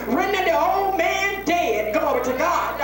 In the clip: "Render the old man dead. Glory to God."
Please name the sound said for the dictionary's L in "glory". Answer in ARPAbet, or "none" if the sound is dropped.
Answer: none